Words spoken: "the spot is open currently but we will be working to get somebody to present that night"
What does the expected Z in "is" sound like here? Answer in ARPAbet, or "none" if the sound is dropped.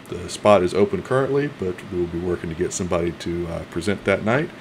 Z